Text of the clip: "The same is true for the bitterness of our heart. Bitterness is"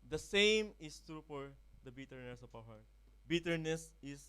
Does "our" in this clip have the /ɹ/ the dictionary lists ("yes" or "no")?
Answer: no